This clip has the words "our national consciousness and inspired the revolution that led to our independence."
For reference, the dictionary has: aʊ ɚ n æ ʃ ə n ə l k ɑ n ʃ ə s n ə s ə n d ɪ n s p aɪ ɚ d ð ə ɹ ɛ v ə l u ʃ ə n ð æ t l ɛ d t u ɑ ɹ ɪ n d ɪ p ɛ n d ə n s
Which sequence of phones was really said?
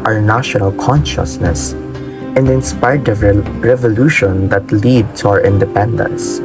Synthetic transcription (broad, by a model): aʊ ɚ n æ ʃ ə n ə l k ɑ n ʃ ə s n ə s ə n d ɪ n s p aɪ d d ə ɹ ɛ v ə l u ʃ ə n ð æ t l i d t u ɑ ɹ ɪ n d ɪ p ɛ n d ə n s